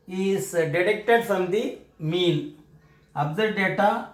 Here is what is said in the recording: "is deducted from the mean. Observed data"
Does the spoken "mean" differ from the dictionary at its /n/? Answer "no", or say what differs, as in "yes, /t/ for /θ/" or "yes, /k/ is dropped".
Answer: yes, /l/ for /n/